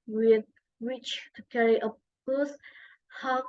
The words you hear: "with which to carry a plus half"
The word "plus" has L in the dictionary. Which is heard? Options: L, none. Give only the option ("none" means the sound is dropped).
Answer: none